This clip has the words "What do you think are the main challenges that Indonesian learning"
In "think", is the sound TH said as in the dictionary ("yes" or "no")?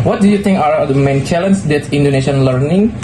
no